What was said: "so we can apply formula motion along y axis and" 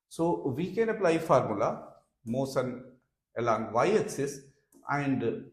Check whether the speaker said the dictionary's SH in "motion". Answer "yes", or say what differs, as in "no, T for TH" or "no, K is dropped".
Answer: no, S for SH